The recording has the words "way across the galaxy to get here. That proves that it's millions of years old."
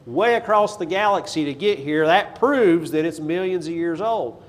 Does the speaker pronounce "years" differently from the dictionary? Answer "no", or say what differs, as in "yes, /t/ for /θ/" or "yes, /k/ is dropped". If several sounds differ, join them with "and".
no